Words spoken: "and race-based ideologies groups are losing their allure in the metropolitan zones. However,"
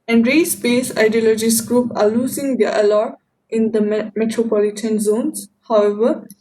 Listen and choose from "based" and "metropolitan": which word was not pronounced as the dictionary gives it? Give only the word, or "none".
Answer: based